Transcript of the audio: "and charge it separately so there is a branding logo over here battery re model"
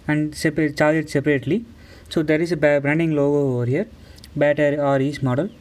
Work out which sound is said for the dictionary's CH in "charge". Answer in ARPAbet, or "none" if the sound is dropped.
S